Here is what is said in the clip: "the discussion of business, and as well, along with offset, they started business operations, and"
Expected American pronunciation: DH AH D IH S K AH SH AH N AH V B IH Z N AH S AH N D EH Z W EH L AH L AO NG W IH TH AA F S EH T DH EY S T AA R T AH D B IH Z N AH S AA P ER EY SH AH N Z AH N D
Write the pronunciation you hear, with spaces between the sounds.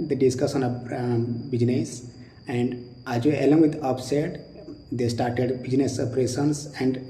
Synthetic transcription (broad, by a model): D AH D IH S K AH S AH N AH B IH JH N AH S AH N D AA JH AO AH L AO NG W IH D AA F S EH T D EY S T AA R T AH D B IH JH N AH S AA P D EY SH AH N S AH N D